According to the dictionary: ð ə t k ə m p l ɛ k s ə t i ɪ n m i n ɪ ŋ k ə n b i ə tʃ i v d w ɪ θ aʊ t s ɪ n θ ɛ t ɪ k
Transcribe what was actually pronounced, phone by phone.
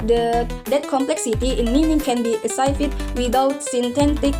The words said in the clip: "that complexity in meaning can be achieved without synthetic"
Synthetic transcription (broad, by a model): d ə t k ə m p l ɛ k s ə t i ɪ n m i n ɪ ŋ k ə n b i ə s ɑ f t w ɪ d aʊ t s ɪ n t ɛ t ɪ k